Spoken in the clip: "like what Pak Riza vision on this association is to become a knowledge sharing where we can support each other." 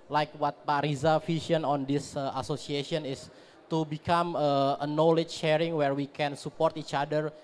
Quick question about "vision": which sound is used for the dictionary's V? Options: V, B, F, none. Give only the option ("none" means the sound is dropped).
F